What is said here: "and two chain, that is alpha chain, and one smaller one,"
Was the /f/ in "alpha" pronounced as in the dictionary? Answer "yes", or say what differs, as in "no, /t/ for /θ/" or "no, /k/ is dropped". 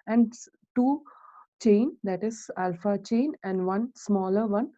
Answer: yes